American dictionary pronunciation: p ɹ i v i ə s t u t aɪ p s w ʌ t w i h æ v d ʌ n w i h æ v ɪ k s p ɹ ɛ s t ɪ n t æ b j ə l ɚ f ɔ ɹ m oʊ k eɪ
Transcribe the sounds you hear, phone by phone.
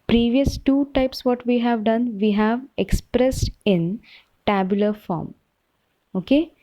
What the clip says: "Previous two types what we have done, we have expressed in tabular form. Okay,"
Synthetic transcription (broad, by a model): p ɹ i v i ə s t u t aɪ p s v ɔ t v i h æ v d ʌ n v i h æ v ɪ k s p ɹ ɛ s t ɪ n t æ b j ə l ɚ f ɔ ɹ m oʊ k eɪ